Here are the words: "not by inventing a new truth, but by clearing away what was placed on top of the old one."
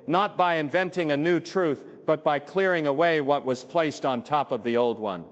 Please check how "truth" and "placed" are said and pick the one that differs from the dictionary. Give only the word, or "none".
none